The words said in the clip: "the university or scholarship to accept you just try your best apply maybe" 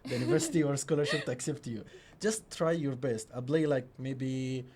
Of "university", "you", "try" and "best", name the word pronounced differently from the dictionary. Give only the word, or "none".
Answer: none